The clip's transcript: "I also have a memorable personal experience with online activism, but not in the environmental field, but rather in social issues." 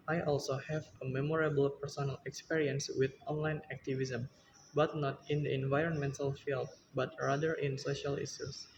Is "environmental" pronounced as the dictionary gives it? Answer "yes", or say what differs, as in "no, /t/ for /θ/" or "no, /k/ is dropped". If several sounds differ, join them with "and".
yes